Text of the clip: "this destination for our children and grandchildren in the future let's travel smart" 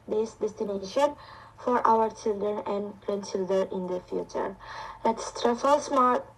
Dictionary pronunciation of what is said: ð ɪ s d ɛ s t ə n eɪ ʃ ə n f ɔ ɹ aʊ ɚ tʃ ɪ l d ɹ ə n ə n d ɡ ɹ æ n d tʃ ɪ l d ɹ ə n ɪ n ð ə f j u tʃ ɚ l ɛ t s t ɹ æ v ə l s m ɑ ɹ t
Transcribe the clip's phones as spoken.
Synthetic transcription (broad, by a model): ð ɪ s d ɛ s t ə n eɪ ʃ ə n f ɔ ɹ aʊ ɚ tʃ ɪ l d ɹ ə n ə n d ɡ ɹ æ n d tʃ ɪ l d ɹ ə n ɪ n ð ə f j u tʃ ɚ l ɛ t s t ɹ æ f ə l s m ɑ ɹ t